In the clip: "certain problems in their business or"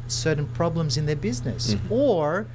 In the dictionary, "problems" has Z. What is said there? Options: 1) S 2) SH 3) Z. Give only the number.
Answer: 3